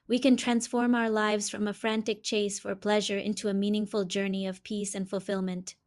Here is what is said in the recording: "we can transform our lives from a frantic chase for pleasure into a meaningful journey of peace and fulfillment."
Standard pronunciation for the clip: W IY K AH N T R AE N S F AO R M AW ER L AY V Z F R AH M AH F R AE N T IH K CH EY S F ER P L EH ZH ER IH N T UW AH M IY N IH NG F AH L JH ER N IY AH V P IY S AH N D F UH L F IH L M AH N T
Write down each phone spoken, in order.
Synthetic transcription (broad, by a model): W IY K AH N T R AE N S F AO R M AW ER L AY V Z F R AH M AH F R AE N T IH K CH EY S F ER P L EH ZH ER IH N T UW AH M IY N IH NG F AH L JH ER N IY AH V P IY S AH N D F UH L F IH L M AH N T